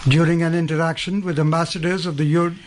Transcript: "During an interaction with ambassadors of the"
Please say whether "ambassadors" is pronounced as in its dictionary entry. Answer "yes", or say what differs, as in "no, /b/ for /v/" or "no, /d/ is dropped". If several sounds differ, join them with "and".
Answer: yes